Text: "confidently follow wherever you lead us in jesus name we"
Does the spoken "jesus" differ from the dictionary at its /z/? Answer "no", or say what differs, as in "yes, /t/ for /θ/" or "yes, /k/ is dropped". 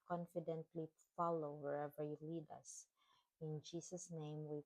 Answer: yes, /s/ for /z/